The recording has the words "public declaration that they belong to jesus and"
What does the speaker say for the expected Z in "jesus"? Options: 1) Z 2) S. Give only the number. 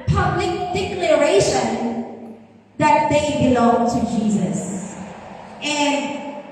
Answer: 1